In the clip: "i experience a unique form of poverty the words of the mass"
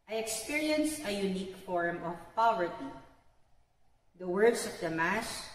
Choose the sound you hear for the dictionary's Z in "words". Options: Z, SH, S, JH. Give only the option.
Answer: S